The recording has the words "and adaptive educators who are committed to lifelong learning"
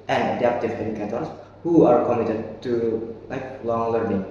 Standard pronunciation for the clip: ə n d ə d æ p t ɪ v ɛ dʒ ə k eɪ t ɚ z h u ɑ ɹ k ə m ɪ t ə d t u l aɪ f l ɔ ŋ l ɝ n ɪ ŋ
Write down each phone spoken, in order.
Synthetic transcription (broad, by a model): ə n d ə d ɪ f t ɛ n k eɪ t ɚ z h u ɑ ɹ k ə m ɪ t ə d t u l aɪ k l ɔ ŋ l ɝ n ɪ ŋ